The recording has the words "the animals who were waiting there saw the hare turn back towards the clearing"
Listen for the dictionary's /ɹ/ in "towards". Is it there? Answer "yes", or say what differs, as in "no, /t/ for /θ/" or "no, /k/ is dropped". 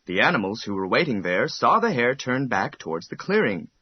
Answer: yes